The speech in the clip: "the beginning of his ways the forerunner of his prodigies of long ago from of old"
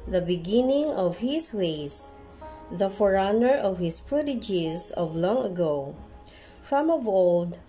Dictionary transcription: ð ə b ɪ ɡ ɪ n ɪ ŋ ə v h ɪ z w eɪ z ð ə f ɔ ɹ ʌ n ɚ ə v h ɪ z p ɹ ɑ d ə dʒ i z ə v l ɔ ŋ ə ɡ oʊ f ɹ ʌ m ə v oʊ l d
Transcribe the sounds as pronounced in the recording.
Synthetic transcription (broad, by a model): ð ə b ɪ ɡ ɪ n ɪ ŋ ə v h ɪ s w eɪ s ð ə f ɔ ɹ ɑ n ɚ ə v h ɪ s p ɹ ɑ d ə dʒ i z ə v l ɔ ŋ ə ɡ oʊ f ɹ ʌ m ə v oʊ l d